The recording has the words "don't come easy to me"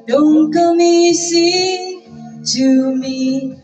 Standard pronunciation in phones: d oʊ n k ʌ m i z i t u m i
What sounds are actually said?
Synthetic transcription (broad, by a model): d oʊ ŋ k ʌ m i s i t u m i